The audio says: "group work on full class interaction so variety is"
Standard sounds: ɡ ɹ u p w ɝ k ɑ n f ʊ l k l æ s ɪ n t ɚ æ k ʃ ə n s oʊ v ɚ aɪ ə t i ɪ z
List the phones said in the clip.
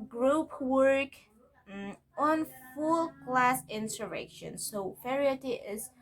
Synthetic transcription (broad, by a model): ɡ ɹ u p w ɝ k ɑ n f ʊ l k l æ s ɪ n s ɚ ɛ k ʃ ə n s oʊ f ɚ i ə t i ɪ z